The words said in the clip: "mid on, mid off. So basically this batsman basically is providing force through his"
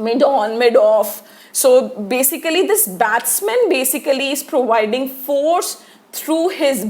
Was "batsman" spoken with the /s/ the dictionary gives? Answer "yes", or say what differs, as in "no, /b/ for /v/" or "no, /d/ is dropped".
yes